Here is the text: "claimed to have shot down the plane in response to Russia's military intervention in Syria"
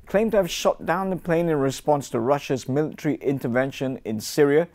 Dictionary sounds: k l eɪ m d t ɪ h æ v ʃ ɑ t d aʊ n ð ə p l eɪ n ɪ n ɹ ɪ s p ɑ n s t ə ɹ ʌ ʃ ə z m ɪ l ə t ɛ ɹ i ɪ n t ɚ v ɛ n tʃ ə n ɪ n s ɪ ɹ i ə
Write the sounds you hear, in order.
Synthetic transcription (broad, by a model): k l eɪ m t ɪ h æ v ʃ ɑ t d aʊ n ð ə p l eɪ n ɪ n ɹ ɪ s p ɑ n s t ə ɹ ʌ ʃ ə z m ɪ l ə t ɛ ɹ i ɪ n t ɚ v ɛ n ʃ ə n ɪ n s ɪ ɹ i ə